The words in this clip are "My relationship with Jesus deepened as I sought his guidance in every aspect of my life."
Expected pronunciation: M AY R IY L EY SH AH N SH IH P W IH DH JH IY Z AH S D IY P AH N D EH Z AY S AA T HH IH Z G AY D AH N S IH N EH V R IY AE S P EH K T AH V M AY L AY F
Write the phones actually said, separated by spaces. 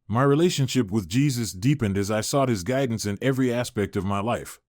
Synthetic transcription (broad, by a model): M AY R IY L EY SH AH N SH IH P W IH DH JH IY Z AH S D IY P AH N D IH Z AY S AA T HH IH Z G AY D N S IH N EH V R IY AE S P EH K T AH V M AY L AY F